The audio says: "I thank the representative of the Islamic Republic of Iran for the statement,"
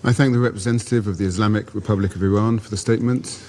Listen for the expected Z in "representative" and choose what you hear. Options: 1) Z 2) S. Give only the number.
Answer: 1